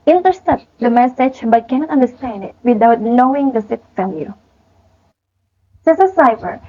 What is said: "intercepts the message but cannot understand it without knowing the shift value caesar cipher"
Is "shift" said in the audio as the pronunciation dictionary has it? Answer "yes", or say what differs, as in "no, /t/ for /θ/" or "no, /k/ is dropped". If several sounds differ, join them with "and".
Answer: no, /s/ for /ʃ/ and /f/ is dropped